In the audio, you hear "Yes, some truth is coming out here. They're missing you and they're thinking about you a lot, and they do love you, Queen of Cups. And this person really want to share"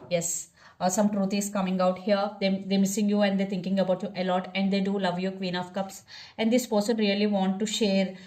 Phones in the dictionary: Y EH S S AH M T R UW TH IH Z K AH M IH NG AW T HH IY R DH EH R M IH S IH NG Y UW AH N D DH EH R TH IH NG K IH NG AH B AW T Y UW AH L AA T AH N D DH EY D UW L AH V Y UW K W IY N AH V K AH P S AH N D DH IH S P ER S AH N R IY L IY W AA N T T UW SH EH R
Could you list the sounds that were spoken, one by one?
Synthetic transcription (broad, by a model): Y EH S S AH M T R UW T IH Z K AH M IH NG AW T HH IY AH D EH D M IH S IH NG Y UW AH N D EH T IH NG K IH NG AH B AW T Y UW AH L AA T AH N D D EY D UW L AH V Y UW K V IY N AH F K AH P S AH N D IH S P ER S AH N R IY L IY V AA N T T UW SH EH R